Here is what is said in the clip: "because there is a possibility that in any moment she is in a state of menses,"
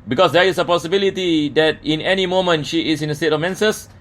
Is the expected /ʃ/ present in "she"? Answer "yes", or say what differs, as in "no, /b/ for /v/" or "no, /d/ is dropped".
yes